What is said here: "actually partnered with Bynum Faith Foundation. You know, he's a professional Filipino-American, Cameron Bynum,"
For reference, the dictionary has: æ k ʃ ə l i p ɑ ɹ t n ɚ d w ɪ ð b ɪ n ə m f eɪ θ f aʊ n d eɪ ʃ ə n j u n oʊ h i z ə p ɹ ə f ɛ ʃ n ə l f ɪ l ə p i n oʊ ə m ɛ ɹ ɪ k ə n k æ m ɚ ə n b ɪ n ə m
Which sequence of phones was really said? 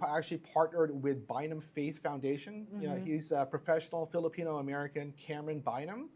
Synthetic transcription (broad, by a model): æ k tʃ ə l i p ɑ ɹ t n ɚ d w ɪ ð b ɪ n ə m f eɪ θ f aʊ n d eɪ ʃ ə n n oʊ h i z ə p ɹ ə f ɛ ʃ n l f ɪ l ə p i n oʊ ə m ɛ ɹ ɪ k ə n k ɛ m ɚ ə n b ɪ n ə m